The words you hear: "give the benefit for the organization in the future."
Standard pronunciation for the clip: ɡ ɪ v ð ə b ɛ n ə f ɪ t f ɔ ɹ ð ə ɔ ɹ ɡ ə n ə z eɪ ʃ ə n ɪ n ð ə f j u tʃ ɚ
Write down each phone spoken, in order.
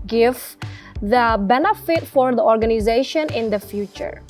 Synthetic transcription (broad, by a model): ɡ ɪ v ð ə b ɛ n ə f ɪ t f ɔ ɹ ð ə ɔ ɹ ɡ ə n ə z eɪ ʃ ə n ɪ n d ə f j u tʃ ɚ